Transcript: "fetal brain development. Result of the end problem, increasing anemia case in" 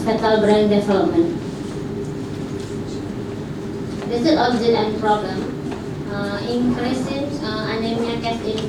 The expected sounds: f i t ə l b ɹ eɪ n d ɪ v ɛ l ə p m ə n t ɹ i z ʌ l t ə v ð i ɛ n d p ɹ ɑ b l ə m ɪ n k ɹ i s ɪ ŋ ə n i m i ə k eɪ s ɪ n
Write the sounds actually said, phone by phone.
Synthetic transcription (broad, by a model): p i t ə l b ɹ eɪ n d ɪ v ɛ l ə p m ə n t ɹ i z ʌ t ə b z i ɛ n p ɹ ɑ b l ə m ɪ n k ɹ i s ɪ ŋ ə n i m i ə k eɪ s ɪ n